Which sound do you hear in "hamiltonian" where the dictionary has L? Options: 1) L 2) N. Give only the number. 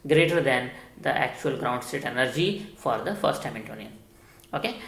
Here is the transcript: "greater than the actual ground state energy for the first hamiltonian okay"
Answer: 2